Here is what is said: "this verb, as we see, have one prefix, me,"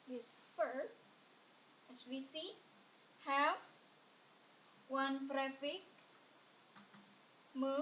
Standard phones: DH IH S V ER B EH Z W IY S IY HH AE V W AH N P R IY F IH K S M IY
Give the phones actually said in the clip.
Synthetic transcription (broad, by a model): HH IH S F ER EH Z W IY S IY HH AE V W AH N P R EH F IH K M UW